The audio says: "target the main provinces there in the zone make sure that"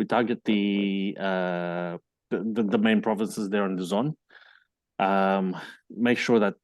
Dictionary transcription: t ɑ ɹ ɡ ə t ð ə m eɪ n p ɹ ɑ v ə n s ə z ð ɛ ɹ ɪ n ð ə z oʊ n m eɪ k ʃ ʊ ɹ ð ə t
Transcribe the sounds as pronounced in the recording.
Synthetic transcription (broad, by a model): t ɑ ɹ ɡ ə t ð ə m eɪ n p ɹ ɑ v ə n s ə z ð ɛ ɹ ɪ n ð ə z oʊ n m eɪ k ʃ ʊ ɹ ð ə t